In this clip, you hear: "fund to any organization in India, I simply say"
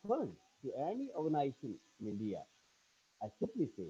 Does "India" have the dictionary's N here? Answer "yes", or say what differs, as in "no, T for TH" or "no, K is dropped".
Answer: no, L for N